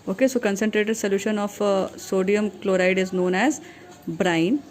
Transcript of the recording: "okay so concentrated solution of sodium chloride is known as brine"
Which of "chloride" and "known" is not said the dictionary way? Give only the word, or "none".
none